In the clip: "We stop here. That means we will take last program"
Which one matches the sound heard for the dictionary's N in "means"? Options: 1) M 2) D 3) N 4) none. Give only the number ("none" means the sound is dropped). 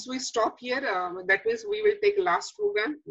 4